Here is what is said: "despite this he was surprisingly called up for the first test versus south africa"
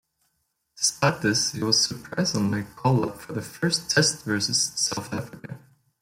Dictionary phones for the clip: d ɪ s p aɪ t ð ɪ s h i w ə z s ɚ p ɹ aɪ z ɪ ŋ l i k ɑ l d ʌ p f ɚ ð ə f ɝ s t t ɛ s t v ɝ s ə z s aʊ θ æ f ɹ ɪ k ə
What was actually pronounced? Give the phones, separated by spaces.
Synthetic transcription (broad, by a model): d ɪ s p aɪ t ð ɪ s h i w ə z s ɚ p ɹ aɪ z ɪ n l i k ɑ l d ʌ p f ɚ ð ə f ɝ s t t ɛ s t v ɝ s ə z s aʊ θ æ f ɹ ɪ k ə